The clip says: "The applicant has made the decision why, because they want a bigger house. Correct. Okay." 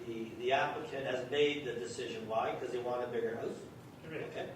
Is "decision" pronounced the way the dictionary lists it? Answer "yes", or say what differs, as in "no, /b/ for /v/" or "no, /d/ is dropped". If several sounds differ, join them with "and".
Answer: yes